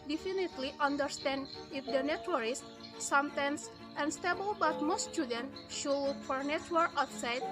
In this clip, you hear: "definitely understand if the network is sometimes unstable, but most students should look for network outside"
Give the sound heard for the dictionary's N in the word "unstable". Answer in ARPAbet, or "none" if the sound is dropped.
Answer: N